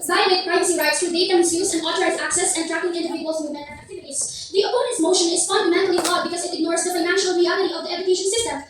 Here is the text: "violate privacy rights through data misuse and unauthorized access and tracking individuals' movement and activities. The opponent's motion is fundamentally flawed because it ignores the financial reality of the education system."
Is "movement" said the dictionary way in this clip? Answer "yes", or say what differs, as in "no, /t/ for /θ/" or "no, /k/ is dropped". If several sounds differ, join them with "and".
no, /v/ is dropped